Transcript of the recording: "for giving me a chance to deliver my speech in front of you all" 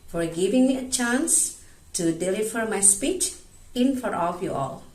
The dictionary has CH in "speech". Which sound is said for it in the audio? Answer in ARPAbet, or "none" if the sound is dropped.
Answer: CH